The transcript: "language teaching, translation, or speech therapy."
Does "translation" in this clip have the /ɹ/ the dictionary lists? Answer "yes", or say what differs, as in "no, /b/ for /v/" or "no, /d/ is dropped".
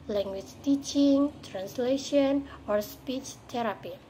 yes